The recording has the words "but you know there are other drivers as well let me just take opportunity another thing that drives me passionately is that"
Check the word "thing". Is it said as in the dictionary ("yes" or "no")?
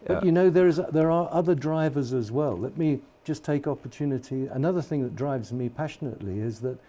yes